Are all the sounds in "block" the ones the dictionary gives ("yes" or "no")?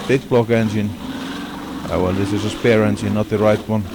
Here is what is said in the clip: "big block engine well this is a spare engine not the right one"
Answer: yes